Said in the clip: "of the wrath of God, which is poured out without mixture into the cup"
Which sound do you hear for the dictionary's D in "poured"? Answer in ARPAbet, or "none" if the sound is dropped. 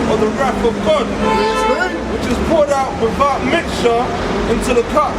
D